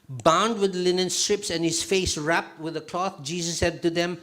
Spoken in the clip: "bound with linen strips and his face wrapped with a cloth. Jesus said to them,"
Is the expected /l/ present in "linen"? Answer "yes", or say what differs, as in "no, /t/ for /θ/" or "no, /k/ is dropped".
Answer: yes